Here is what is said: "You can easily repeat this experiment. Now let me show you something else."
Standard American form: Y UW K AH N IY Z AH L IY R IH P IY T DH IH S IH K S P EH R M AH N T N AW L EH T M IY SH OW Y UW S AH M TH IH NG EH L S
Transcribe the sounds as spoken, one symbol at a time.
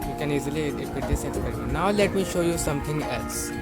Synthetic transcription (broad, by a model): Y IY K AH N IY Z AH L IY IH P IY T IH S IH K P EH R AH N N AW L EH T M IY SH OW Y UW S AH M T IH NG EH L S